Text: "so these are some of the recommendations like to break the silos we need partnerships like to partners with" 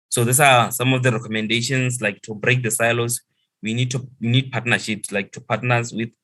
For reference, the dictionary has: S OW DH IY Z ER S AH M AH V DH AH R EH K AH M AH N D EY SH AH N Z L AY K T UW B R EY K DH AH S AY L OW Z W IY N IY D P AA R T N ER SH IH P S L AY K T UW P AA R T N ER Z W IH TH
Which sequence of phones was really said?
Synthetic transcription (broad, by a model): S OW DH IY S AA S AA M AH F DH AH R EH K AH M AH N D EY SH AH N S L AY K T UW B R EY K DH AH S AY L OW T W IY N IY D P AA T N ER SH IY P S L AY K T UW P AA T N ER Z W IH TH